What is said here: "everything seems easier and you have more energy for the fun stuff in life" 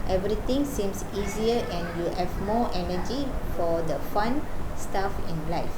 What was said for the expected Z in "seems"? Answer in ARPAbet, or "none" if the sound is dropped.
S